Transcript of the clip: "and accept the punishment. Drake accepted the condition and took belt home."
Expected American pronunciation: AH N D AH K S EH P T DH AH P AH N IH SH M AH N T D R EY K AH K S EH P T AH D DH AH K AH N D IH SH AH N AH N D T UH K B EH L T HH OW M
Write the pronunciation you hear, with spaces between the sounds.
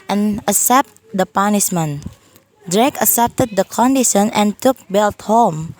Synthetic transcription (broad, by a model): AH N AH S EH P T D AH P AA N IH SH M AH N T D R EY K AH S EH P T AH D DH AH K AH N D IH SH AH N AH N T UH K B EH L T HH OW M